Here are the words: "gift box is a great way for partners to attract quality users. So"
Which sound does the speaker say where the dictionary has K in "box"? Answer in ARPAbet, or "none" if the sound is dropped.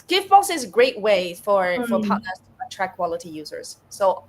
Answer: none